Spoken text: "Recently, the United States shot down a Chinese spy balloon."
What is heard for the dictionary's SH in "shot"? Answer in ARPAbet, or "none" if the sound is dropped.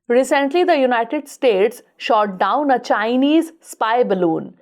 SH